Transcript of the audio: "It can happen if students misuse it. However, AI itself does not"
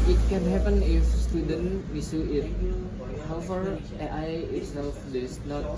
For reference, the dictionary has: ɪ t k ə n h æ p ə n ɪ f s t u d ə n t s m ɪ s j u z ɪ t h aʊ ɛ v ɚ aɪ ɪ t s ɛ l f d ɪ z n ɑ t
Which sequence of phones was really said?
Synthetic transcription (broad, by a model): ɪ t k ə n h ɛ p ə n ɪ f s t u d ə n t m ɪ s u ɪ t h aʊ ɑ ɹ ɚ aɪ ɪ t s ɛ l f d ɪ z n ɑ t